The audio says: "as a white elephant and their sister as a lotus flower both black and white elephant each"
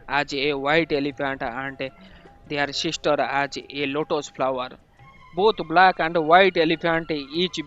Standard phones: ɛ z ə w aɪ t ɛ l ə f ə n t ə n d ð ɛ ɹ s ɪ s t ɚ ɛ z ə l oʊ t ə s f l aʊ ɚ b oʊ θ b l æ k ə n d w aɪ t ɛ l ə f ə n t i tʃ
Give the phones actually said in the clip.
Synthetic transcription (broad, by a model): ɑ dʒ ə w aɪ t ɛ l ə p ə n t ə n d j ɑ ɹ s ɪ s t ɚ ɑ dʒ ə l oʊ t ə s p l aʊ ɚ b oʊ t b l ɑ k ə n d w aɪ t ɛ l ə p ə n t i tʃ